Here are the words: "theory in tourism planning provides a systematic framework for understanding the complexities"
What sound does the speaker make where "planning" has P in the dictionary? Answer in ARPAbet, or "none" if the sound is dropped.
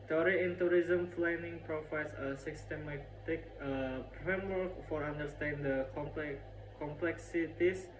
F